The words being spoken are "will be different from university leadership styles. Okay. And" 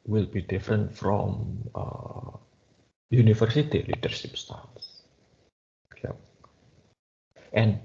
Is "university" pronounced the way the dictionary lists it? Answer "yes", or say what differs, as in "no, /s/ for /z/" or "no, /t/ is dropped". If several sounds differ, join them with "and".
no, /f/ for /v/